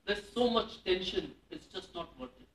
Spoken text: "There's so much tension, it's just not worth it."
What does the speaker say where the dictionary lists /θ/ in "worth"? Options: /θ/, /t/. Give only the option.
/t/